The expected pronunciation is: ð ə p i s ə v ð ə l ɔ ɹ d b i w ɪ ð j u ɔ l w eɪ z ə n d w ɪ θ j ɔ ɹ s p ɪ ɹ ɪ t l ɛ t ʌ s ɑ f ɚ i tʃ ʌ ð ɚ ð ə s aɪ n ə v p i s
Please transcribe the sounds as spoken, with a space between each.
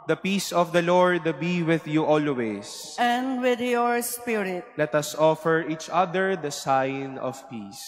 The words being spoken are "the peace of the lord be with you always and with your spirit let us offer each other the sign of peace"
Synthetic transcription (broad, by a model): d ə p i s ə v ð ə l ɔ ɹ d b i w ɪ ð j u ɔ l w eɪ s ə n d w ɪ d j ɔ ɹ s p ɪ ɹ ɪ t l ɛ t ʌ s ɑ f ɚ i tʃ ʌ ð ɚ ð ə s aɪ n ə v p i s